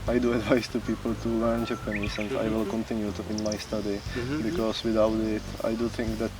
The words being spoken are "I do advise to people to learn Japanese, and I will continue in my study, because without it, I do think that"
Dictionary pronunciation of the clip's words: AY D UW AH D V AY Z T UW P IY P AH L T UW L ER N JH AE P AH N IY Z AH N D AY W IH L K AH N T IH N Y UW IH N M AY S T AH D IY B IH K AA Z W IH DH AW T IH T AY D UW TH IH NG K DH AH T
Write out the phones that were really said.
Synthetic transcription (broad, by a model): AY D UW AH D V AY S T UW P IY P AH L T UW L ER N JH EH P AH N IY S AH N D AY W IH L K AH N T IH N Y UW IH N M AY S T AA D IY B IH K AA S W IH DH AW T IH T AY D UW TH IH NG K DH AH T